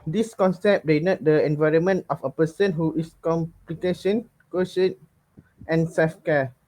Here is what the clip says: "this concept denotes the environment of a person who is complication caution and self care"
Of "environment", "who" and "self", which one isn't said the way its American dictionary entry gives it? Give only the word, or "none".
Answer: none